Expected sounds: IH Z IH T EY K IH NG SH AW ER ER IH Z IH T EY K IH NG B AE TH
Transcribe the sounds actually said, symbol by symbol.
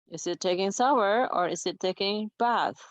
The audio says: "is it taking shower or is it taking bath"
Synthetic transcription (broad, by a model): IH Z IH T EY K IH NG S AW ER ER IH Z IH T EY K IH NG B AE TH